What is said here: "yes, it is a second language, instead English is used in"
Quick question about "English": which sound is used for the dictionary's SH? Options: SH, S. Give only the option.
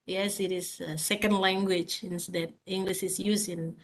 SH